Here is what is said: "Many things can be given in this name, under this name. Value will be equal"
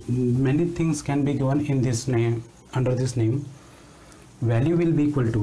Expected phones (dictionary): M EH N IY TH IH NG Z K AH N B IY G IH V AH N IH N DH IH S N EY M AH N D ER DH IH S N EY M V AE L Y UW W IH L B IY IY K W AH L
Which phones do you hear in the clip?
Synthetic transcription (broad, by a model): M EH N IY T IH NG S K AH N B IY G IH V AH N IH N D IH S N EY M AH N D ER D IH S N EY M V AE L Y UW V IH L B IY IY K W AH L